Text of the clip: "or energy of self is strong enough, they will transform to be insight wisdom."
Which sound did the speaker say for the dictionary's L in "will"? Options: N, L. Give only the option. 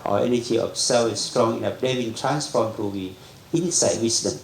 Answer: N